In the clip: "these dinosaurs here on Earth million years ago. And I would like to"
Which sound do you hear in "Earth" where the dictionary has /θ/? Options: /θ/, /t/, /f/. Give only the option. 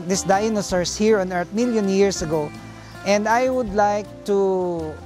/t/